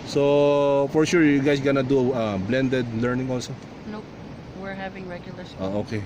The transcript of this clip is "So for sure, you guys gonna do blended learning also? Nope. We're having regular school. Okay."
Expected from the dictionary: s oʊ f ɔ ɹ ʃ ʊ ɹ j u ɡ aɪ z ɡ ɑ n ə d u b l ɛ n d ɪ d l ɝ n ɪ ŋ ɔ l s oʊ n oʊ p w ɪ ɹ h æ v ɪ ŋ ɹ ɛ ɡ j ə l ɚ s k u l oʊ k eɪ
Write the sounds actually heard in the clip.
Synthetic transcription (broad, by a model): s oʊ f ɔ ɹ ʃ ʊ ɹ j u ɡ aɪ s ɡ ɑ n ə d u b l ɛ n d ɪ d l ɝ n ɪ ŋ ɔ l s oʊ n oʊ w ɪ ɹ h æ v ɪ ŋ ɹ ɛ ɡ j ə l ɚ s oʊ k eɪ